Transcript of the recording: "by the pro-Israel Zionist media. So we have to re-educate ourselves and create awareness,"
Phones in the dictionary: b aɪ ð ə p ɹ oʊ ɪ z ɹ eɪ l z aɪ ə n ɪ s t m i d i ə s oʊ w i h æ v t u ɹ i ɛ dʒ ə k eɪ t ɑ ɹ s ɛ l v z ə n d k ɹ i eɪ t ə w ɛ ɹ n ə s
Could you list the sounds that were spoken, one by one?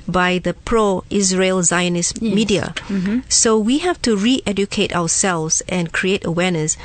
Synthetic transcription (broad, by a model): b aɪ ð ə p ɹ oʊ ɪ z ɹ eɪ l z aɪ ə n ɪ s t m i d i ə s oʊ w i h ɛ f t u ɹ i ɛ dʒ ə k eɪ t ɑ w s ɛ l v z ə n k ɹ i eɪ t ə w ɛ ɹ n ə s